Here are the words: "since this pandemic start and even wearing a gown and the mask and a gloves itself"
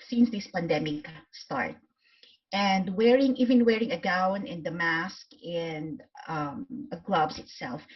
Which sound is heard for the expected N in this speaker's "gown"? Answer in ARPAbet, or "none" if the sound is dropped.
N